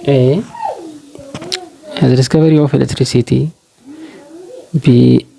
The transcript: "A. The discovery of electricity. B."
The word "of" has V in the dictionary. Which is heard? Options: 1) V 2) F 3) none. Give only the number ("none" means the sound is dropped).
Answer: 2